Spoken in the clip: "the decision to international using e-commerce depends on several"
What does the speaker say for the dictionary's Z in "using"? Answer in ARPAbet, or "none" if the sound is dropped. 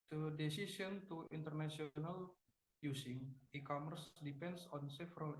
S